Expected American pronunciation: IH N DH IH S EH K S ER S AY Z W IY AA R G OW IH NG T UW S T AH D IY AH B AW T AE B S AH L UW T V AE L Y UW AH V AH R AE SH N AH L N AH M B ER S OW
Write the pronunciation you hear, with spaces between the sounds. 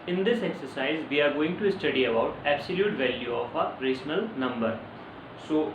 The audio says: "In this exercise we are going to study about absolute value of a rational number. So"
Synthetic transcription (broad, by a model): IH N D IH S EH K S ER S AY Z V IY AA R G OW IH NG T UW S T AH D IY AH B AW T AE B S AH L UW T V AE L Y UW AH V AH R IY S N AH L N AH M B ER S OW